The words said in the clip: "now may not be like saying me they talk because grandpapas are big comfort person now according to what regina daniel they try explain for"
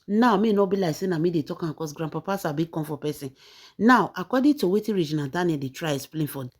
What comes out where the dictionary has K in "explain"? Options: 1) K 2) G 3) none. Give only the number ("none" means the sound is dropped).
3